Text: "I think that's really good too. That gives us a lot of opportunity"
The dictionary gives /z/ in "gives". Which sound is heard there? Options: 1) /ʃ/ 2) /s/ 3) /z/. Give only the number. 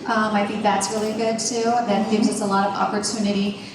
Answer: 3